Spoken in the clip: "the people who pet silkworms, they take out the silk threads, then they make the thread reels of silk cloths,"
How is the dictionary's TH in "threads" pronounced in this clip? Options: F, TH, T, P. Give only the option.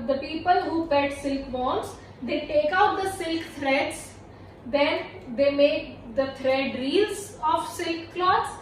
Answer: T